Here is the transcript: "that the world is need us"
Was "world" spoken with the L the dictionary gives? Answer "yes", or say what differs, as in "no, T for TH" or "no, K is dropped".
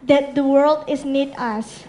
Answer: yes